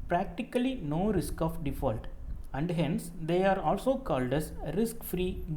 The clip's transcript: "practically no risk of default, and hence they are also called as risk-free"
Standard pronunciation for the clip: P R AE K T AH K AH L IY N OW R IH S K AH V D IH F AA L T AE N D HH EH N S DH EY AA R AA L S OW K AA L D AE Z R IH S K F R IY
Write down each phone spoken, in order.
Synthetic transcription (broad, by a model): P R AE K T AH K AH L IY N OW R IH S K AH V D IH F AA L T AE N D HH EH N S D EY AA R AA L S OW K AA L D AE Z R IH S K F R IY